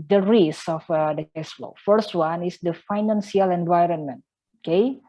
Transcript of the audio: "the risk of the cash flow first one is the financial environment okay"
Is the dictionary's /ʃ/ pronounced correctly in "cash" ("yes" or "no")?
no